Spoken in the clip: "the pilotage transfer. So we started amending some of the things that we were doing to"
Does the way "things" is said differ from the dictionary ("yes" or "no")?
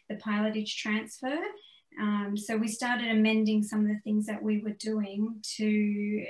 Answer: no